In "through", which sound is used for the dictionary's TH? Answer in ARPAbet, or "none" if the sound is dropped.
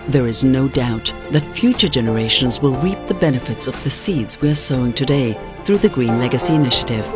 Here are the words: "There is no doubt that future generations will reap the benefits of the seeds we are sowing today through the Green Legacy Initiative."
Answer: TH